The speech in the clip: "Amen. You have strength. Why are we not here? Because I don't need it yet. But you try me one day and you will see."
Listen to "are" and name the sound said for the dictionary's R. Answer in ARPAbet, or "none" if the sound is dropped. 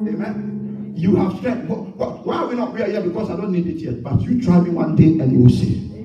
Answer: W